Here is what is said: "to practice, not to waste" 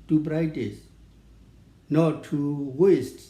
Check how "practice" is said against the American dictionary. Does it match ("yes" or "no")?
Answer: no